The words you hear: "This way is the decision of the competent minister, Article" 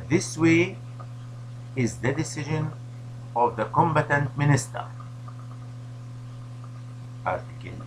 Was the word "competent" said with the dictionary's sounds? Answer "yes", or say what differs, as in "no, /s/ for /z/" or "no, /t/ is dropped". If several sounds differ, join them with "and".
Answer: no, /b/ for /p/